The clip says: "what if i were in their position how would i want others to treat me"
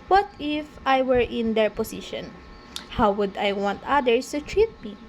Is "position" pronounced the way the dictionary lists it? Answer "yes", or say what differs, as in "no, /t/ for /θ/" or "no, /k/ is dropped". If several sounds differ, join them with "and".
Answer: no, /s/ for /z/